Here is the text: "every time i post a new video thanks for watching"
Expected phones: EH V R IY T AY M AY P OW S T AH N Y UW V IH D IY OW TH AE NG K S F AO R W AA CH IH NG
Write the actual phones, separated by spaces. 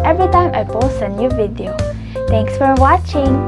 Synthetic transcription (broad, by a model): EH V R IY T AY M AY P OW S AH N Y UW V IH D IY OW T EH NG K S F AO R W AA CH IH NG